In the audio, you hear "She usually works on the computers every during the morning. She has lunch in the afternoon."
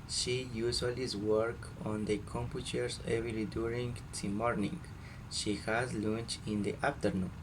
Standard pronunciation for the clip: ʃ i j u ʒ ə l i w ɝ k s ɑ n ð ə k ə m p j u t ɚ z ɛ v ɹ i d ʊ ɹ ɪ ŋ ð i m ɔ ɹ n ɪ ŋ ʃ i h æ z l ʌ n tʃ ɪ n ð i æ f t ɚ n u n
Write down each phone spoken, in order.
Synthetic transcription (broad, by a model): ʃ i j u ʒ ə l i w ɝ k ɑ n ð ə k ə m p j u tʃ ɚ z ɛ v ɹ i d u ɹ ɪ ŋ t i m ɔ ɹ n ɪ ŋ ʃ i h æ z l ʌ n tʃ ɪ n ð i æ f t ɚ n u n